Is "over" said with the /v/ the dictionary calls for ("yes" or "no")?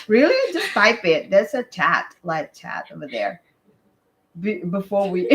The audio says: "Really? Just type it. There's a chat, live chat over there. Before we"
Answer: yes